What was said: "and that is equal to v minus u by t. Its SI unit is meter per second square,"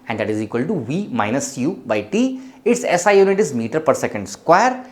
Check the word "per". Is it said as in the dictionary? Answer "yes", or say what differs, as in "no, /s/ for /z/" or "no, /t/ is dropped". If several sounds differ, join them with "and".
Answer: yes